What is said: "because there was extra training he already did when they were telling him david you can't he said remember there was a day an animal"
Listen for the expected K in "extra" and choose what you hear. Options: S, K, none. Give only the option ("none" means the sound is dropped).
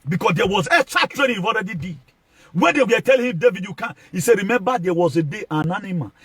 none